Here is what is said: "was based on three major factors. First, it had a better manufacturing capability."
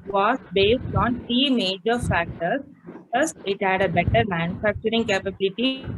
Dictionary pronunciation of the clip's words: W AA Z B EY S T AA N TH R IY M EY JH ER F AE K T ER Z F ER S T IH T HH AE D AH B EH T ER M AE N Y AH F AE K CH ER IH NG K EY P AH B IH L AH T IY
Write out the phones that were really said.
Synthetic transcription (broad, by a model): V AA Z B EY S T AA N T R IY M EY JH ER F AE K T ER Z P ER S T IH T HH AE D AH B EH T ER M AE N Y AH F AE K CH ER IH NG K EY P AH B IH L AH T IY